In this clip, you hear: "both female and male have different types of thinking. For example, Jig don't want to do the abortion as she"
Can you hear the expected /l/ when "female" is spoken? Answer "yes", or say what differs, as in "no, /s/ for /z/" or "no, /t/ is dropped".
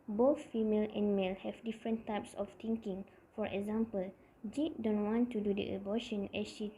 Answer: yes